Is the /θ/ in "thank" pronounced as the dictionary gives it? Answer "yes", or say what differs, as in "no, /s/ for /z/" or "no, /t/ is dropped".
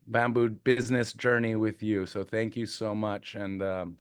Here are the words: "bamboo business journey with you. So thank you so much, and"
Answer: yes